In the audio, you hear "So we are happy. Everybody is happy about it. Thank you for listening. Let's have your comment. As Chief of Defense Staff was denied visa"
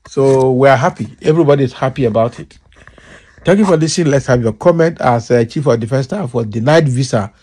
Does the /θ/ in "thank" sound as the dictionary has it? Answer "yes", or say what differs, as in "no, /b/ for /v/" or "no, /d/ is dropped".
no, /t/ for /θ/